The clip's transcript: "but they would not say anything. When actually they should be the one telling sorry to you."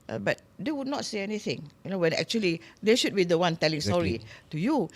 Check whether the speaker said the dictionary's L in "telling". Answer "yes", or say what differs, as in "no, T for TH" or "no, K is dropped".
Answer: yes